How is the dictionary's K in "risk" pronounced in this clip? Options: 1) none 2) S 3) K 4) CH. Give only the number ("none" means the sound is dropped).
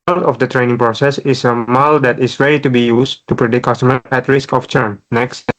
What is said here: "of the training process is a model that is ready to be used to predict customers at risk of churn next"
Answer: 3